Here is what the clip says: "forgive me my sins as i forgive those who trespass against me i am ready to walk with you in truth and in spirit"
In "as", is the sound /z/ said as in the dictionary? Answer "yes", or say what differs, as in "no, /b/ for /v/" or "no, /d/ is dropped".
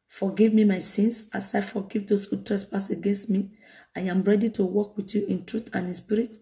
no, /s/ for /z/